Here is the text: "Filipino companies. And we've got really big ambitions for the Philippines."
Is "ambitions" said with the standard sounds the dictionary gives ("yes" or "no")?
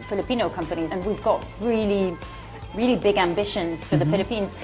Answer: yes